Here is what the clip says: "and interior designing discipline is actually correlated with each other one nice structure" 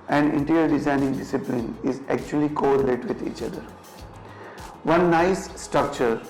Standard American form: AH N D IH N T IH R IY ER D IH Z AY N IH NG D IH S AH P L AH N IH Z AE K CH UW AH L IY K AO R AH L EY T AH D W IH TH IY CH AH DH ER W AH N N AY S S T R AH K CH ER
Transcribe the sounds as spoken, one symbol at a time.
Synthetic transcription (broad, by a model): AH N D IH N T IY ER D IH Z AY N IH NG D IH S AH P L AH N IH Z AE K CH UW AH L IY K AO AH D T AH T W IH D IY CH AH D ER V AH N N AY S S T R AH K CH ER